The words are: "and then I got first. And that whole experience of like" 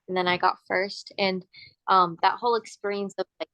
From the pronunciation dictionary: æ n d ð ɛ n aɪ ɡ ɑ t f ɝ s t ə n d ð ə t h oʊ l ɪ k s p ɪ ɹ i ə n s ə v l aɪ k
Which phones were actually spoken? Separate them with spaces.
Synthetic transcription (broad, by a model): n ð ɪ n aɪ ɡ ɑ t f ɝ s t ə n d ð ə t h oʊ l ɪ k s p ɪ ɹ i ə n s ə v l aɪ